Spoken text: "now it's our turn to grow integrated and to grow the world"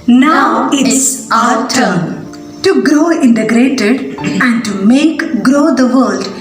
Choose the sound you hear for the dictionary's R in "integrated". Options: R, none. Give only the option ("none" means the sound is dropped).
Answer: R